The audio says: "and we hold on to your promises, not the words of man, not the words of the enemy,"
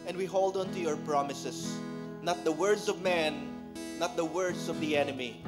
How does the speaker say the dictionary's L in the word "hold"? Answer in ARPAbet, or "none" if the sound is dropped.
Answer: L